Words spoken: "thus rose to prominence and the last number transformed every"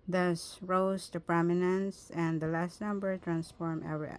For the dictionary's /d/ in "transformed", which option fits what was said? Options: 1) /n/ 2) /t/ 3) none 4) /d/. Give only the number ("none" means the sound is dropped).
3